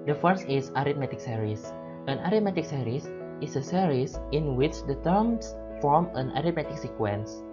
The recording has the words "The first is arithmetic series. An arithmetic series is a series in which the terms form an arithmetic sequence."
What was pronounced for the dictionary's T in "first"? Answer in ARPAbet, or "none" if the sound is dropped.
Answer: none